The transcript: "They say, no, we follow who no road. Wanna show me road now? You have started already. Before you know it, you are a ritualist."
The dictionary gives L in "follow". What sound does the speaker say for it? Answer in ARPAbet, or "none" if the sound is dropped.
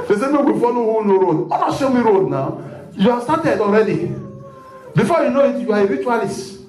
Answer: N